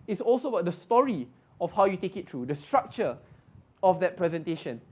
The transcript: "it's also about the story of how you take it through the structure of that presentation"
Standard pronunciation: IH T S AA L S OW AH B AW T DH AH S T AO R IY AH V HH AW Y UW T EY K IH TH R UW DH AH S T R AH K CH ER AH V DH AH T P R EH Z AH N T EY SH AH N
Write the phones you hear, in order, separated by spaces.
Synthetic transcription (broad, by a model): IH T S AA L S OW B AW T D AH S T AO R IY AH F HH AW Y UW T EY K IH T R UW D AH S T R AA K CH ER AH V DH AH T P R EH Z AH N T EY SH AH N